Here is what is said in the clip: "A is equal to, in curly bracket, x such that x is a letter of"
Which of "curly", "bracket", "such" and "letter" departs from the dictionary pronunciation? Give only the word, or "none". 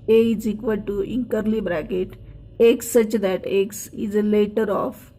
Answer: none